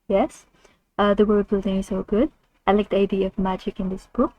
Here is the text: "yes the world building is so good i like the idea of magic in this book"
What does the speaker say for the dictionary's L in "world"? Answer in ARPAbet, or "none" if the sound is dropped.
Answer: none